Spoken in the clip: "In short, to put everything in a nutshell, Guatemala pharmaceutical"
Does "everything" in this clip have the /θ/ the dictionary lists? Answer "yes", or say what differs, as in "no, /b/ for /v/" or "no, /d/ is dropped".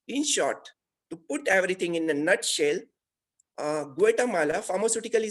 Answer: no, /t/ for /θ/